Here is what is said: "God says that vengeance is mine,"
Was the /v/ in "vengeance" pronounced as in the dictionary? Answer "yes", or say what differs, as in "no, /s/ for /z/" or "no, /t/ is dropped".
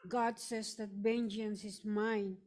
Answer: no, /b/ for /v/